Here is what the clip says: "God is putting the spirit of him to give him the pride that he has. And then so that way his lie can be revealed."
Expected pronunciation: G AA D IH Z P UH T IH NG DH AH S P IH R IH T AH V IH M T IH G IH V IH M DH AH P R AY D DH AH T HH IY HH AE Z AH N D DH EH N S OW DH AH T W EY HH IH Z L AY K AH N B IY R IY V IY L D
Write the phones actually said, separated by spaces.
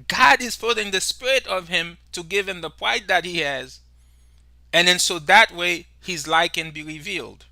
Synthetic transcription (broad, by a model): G AA D IH Z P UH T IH NG DH AH S P IH R IH T AH V IH M T IH G IH V IH M DH AH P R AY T DH AH T HH IY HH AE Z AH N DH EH N S OW DH AH T W EY HH IH Z L AY K AH N B IY R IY V IY L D